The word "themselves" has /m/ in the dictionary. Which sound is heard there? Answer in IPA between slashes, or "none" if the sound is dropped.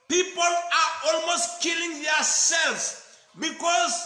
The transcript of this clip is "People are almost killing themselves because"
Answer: none